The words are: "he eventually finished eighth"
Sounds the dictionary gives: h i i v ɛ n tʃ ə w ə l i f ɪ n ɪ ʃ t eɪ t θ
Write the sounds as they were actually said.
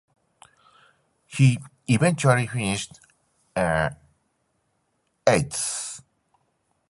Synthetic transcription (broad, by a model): h i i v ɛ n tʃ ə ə l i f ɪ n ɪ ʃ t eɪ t s